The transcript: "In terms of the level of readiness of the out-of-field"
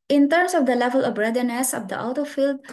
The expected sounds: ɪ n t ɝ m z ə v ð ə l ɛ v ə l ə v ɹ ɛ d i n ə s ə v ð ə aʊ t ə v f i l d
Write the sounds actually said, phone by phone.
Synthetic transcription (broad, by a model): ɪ n t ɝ m s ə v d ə l ɛ v ə l ə v ɹ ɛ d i n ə s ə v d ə aʊ t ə f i l d